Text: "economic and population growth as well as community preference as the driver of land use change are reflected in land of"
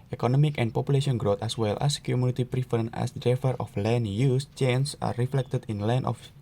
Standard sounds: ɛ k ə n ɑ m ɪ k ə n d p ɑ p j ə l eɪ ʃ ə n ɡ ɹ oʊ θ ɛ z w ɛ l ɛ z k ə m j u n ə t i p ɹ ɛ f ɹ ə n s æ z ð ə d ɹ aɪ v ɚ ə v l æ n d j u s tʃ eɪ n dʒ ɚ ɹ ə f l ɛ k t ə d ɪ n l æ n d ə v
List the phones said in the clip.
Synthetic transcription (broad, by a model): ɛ k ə n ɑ m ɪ k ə n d p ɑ p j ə l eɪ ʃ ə n ɡ ɹ oʊ t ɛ s w ɛ l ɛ s k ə m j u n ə t i p ɹ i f ə n æ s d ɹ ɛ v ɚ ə f l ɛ n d j u s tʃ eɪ n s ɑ ɹ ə f l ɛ k t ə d ɪ n l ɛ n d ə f